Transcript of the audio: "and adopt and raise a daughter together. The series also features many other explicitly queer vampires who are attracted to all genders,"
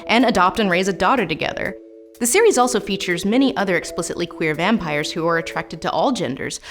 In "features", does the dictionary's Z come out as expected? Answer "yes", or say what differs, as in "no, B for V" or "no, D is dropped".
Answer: yes